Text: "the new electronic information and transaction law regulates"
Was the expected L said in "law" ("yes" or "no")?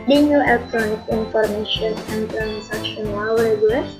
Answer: no